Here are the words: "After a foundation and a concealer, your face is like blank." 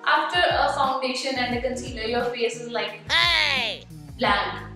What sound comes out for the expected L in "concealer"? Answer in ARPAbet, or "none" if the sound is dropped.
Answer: N